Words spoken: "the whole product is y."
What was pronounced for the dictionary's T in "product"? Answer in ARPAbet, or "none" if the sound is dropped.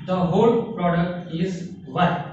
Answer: T